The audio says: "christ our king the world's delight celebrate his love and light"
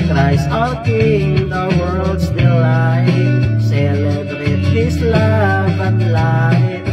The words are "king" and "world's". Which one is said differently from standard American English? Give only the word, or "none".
world's